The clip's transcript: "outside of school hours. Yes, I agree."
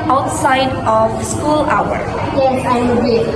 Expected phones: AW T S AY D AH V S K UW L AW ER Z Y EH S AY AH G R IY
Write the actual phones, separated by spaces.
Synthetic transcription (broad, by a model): AW T S AY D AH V S K UW L AW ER Y EH S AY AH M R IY